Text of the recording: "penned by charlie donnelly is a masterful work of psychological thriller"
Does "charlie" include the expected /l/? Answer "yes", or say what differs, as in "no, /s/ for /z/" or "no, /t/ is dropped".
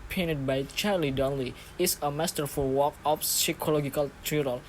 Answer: yes